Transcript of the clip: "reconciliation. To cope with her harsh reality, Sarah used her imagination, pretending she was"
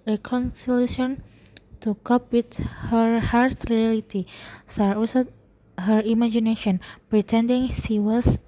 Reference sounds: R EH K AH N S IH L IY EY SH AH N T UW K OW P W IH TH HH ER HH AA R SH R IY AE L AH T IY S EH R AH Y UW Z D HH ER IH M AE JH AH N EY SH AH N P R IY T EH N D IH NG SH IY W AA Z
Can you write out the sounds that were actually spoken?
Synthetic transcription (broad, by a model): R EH K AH N S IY L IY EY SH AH N T UW K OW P W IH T HH ER HH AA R S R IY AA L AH T IY S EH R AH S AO HH ER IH M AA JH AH N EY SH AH N P R IY T EH N D IH NG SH IY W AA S